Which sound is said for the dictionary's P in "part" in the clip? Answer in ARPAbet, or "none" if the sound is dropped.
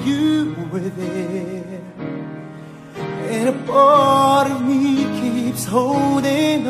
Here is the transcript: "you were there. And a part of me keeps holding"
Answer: B